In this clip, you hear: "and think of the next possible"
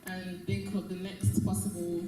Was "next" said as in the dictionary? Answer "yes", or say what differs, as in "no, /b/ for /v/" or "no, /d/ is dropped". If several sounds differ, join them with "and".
yes